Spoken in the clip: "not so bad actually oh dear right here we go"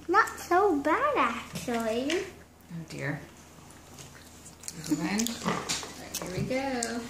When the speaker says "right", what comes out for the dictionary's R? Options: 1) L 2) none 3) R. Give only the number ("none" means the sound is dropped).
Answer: 1